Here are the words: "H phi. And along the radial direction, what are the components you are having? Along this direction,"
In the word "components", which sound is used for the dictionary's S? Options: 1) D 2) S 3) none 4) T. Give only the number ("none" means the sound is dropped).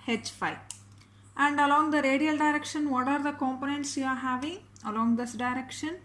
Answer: 2